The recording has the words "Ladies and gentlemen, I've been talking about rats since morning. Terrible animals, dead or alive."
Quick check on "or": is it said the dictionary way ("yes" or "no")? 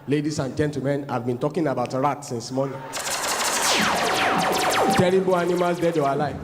no